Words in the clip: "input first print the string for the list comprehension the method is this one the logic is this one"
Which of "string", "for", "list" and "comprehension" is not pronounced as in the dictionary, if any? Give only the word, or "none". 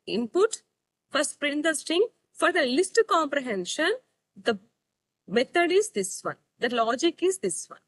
string